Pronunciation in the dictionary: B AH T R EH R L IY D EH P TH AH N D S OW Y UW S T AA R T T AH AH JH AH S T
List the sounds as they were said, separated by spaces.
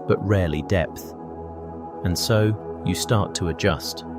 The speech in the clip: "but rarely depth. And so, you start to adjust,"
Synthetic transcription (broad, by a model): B AH T R EH R L IY D EH P TH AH N S OW Y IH S T AA R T T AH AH JH AH S T